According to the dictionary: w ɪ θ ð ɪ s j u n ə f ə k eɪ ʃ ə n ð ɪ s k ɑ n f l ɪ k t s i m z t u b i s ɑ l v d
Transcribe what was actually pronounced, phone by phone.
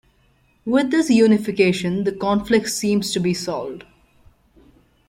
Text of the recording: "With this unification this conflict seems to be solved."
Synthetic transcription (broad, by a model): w ɪ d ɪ s j u n ə f ə k eɪ ʃ ə n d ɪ k ɑ n f l ɪ k t s i m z t u b i s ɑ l d